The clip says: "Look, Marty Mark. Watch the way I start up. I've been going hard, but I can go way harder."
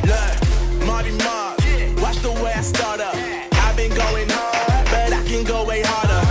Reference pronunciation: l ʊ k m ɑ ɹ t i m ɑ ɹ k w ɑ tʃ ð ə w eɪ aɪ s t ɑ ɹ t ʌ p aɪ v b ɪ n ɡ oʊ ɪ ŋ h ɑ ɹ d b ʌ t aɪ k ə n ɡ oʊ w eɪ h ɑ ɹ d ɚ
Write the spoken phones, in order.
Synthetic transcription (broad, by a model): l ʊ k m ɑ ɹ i m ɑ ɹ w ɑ s ð ə w eɪ aɪ s t ɑ ɹ t ʌ p aɪ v b ɪ n ɡ oʊ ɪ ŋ b ʌ t aɪ k ə n ɡ oʊ w eɪ h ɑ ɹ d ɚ